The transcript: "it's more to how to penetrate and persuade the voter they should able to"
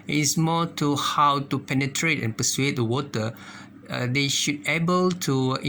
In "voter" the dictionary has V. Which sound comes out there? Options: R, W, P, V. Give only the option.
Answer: W